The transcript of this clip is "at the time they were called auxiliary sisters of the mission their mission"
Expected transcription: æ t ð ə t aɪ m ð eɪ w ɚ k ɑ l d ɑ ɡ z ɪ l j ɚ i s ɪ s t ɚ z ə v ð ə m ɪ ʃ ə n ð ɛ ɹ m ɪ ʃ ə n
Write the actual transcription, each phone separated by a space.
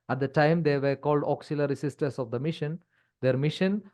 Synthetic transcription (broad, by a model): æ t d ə t aɪ m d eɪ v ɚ k ɑ l d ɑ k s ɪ l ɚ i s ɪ s t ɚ s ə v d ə m ɪ ʃ ə n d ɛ ɹ m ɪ ʃ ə n